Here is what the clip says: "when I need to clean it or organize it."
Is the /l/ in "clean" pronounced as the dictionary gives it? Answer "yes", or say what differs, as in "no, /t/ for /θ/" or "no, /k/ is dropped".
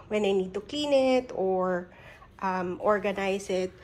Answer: no, /l/ is dropped